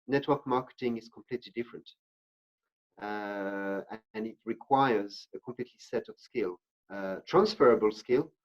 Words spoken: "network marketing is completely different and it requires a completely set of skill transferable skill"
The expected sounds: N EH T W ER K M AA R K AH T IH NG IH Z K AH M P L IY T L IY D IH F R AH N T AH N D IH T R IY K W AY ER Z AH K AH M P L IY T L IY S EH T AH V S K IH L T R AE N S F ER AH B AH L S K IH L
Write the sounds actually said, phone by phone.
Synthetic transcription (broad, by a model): N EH T W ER K M AA R K AH T IH NG IH Z K AH M P L IY T L IY D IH F R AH N T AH N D IH T R IY K W AY ER Z AH K AH M P L IY T L IY S EH T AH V S K IH L T R AE N S F ER AH B AH L S K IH L